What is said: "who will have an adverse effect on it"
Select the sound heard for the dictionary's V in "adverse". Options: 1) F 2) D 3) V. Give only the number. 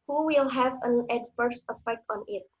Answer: 1